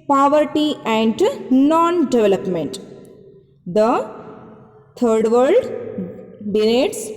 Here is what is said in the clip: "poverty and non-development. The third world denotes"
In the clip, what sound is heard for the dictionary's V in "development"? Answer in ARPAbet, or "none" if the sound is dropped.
V